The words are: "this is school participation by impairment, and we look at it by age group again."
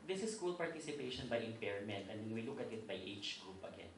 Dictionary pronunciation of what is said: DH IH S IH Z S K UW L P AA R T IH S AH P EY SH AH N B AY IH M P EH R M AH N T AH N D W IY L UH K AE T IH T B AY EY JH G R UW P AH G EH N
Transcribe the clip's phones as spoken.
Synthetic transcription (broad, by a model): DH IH S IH S K UW L P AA R T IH S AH P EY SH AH N B AY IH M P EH R M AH N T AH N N W IY L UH K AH T IH T B AY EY CH G R UW P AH G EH N